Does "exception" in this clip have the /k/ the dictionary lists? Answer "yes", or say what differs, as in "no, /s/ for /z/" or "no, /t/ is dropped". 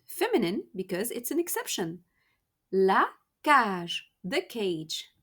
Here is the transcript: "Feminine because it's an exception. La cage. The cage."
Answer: yes